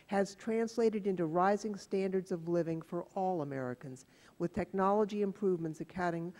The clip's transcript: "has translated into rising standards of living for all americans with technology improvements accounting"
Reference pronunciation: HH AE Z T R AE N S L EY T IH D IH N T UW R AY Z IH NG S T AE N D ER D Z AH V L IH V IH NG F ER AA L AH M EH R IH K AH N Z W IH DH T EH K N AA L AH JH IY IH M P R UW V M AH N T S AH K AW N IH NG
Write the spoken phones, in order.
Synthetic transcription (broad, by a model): HH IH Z T R AE N S L EY T IH D IH N T UW R AY Z IH NG S T AE N D ER D Z AH V L IH V IH NG F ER AA L AH M EH R IH K AH N Z W IH DH T EH K N AA L AH JH IY IH M P R UW V M AH N T S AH K AW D IH NG